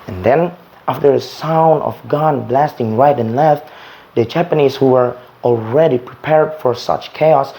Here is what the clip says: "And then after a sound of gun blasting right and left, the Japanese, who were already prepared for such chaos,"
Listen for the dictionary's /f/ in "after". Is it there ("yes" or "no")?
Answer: yes